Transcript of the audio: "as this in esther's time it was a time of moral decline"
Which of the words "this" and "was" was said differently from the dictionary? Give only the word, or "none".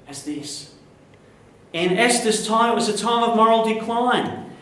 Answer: none